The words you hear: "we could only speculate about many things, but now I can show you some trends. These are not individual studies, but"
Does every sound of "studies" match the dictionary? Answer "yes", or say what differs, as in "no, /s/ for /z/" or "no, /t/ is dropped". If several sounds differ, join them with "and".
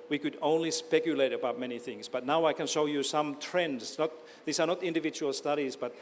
yes